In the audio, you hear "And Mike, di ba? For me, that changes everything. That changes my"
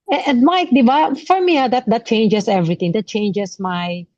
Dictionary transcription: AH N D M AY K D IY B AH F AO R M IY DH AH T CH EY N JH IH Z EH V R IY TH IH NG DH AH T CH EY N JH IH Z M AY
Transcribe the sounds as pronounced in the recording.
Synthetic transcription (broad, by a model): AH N M AY K D IY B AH F AO R M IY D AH T CH EY N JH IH S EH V R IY T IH NG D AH T CH EY N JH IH S M AY